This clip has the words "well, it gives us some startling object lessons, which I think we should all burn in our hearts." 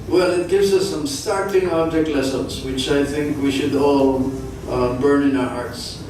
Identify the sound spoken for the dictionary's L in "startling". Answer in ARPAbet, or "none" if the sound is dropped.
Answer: none